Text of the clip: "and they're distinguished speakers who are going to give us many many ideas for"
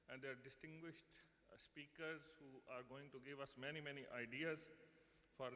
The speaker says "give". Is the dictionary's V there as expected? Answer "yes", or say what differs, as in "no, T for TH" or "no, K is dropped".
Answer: yes